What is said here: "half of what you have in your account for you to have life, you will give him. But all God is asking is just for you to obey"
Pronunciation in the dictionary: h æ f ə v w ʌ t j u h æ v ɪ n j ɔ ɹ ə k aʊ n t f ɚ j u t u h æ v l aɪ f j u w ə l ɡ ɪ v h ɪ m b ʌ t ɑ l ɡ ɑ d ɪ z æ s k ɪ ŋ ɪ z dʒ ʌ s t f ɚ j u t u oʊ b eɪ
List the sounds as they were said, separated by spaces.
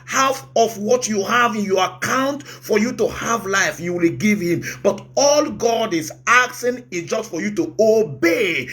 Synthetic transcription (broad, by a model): h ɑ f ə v w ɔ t j u h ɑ v ɪ n j ɔ ɹ ə k aʊ n t f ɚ j u t u h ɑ v l aɪ f j u w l ɡ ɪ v h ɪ m b ʌ t ɑ l ɡ ɑ d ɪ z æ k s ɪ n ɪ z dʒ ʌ s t f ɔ j u t u oʊ b eɪ